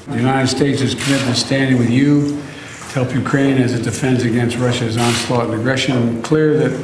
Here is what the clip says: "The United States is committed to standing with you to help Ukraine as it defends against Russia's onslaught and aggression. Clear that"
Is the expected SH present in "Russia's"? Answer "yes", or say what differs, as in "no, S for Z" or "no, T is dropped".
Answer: yes